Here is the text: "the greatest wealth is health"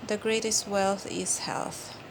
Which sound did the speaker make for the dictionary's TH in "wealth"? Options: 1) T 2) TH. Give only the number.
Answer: 2